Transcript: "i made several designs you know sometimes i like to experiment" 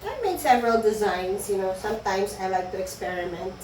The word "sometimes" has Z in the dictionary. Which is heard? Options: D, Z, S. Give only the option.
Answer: S